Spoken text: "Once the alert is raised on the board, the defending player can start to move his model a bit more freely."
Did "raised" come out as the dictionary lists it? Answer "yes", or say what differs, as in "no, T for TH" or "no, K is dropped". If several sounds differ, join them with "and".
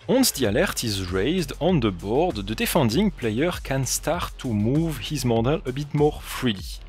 yes